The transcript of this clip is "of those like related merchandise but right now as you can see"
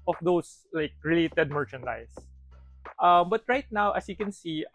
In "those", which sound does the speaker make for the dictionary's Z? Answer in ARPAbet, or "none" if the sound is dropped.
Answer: S